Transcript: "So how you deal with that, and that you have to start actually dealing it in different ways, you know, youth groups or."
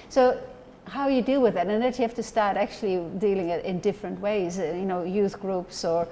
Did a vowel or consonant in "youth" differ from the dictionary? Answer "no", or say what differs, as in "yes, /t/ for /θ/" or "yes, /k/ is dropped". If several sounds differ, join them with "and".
no